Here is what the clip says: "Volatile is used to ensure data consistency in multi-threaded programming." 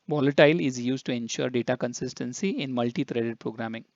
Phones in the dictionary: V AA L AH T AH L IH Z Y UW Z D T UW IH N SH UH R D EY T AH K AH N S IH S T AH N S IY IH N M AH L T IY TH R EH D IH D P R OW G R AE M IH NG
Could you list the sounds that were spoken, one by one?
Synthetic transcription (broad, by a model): V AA L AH T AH L IH Z Y UW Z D T UW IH N SH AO R D EY T AH K AH N S IH S T AH N S IY IH N M AH L T IY T R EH D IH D P R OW G R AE M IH NG